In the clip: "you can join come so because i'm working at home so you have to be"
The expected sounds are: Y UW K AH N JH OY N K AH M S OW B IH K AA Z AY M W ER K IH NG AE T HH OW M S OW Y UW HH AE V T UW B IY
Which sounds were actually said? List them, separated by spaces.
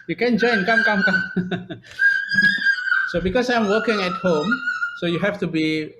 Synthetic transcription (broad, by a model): Y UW K AH N JH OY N K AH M S OW B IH K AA S AY M W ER K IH NG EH T HH OW M S OW Y UW HH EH F T UW B IY